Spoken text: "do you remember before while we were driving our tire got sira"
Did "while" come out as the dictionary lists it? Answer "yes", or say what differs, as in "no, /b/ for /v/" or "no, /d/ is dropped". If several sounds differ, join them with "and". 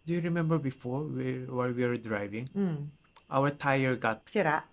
no, /w/ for /l/